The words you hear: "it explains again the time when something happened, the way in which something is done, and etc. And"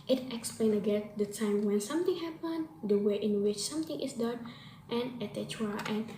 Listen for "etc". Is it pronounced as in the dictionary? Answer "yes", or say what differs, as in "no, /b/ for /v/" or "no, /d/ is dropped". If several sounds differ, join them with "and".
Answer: no, /s/ is dropped